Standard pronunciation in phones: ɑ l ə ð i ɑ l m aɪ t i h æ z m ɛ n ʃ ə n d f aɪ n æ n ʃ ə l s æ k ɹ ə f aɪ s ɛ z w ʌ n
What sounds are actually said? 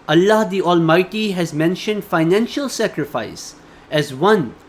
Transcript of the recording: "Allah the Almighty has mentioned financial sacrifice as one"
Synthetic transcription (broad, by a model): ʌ l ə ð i ɑ l m aɪ t i h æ z m ɛ n ʃ ə n d f aɪ n æ n ʃ ə l s æ k ɹ ə f aɪ s ɛ z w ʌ n